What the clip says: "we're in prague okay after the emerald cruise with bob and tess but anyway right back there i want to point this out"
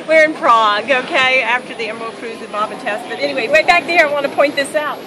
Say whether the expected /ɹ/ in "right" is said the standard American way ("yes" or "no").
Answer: no